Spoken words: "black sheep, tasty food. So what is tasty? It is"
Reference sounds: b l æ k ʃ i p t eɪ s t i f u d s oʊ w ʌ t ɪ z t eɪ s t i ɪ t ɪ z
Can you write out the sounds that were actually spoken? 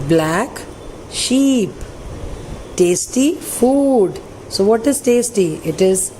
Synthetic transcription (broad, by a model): b l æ k ʃ i p t eɪ s t i f u d s oʊ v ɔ t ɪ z t eɪ s t i ɪ t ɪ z